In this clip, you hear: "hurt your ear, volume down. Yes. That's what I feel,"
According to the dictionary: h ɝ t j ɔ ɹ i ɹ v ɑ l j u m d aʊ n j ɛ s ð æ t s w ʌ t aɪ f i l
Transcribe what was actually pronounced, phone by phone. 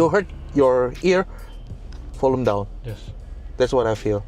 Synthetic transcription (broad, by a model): h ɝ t j ɔ ɹ i ɹ f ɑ l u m d aʊ n j ɛ s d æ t s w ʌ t aɪ f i l